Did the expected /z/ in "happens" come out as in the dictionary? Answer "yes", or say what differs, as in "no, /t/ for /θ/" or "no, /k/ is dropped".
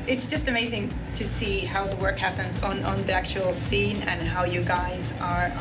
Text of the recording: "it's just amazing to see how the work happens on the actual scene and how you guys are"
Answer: yes